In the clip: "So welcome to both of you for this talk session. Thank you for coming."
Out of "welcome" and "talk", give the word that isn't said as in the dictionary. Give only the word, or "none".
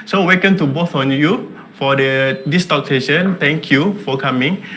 welcome